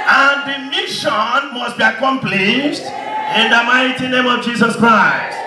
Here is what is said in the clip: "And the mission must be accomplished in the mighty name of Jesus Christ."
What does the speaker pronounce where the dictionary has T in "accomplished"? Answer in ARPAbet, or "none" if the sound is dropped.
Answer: T